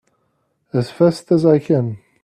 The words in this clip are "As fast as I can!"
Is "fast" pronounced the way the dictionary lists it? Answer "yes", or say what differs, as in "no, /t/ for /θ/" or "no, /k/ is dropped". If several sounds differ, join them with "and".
yes